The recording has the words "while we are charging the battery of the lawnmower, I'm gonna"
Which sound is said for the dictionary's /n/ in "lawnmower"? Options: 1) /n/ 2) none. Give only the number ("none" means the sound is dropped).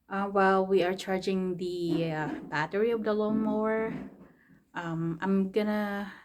2